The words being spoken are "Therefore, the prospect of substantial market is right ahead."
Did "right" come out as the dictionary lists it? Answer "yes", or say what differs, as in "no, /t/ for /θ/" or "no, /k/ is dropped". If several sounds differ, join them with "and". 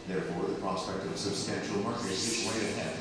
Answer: no, /w/ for /ɹ/